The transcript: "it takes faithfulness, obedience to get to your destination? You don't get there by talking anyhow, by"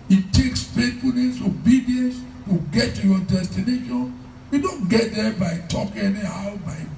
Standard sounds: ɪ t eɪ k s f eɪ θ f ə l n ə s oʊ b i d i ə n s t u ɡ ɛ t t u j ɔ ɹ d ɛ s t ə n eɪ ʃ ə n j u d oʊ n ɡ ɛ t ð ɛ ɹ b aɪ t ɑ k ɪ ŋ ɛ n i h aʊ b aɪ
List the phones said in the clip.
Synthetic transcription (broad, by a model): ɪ t eɪ k s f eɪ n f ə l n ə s oʊ b i d i ə n s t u ɡ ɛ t t u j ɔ d ɛ s t ə n eɪ ʃ ə n j u d oʊ n ɡ ɛ t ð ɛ b aɪ t ɑ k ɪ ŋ ɛ n i h aʊ b aɪ